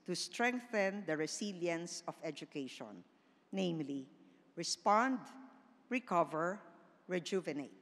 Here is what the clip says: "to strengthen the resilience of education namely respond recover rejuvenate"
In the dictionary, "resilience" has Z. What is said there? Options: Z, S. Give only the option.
S